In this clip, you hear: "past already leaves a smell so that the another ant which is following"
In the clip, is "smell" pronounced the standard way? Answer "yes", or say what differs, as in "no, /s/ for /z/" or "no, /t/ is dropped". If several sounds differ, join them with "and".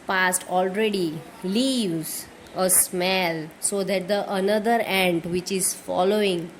yes